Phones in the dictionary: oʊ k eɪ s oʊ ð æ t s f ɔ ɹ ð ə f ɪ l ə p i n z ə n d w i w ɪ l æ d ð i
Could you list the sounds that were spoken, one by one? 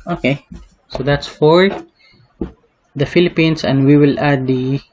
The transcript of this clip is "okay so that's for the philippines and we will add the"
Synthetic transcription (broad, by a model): oʊ k eɪ s oʊ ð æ t s f ɔ ɹ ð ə f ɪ l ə p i n s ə n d w i w ɪ l æ d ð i